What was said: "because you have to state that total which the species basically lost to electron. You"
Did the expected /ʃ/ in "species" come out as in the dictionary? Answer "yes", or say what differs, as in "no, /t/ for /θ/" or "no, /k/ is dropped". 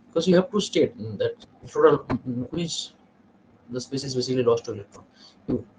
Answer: no, /s/ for /ʃ/